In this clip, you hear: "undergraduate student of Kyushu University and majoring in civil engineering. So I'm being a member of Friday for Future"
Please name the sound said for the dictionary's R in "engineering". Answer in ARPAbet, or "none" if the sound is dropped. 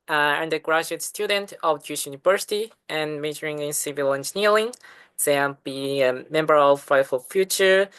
L